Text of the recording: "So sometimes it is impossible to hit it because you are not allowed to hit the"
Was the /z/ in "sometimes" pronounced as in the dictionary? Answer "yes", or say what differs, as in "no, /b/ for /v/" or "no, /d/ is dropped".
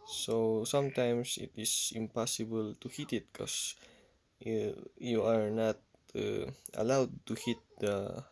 no, /s/ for /z/